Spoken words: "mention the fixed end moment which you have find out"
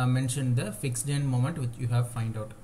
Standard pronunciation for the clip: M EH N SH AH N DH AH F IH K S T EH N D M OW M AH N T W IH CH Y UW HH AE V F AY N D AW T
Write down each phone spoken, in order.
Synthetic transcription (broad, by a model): M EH N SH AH N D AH F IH K S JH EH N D M OW M AH N T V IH CH Y UW HH AE V F AY N D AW T